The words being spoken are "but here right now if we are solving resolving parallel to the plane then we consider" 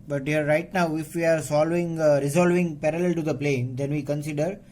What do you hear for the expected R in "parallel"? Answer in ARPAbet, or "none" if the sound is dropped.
R